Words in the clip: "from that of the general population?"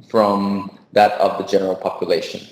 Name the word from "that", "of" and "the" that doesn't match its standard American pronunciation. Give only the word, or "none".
none